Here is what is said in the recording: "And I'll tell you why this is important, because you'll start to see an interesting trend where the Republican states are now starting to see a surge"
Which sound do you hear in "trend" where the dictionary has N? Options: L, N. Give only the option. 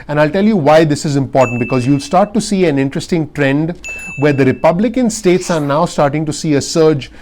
N